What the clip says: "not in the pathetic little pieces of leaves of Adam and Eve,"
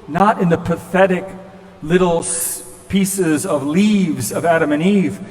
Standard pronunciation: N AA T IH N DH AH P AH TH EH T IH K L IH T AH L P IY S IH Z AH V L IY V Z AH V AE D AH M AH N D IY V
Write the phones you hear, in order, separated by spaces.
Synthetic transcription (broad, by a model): N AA T IH N DH AH P AH TH EH T IH K L IH T L P IY S IH Z AH V L IY V Z AH V AE D AH M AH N IY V